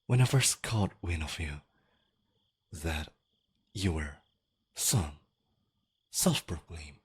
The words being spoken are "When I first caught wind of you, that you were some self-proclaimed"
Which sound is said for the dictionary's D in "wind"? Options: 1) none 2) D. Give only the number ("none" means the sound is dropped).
1